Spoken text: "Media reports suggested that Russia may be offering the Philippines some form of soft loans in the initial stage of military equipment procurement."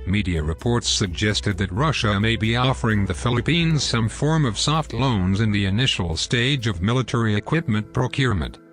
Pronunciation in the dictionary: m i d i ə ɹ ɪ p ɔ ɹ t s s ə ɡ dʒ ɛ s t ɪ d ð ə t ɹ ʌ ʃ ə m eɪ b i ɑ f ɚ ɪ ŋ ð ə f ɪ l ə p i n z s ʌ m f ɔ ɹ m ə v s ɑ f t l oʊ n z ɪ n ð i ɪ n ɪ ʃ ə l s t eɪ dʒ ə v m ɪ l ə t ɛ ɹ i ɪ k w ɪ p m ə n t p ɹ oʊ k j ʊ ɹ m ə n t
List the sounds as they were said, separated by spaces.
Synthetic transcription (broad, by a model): m i d i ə ɹ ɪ p ɔ ɹ t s s ə ɡ dʒ ɛ s t ɪ d ð ə t ɹ ʌ ʃ ə m eɪ b i ɑ f ɚ ɪ ŋ ð ə f ɪ l ə p i n z s ʌ m f ɔ ɹ m ə v s ɑ f t l oʊ n z ɪ n ð i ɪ n ɪ ʃ l s t eɪ dʒ ə v m ɪ l ə t ɛ ɹ i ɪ k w ɪ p m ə n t p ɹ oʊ k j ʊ ɹ m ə n t